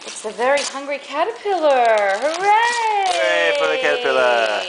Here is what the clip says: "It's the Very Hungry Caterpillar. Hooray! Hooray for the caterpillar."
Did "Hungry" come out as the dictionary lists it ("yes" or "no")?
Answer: yes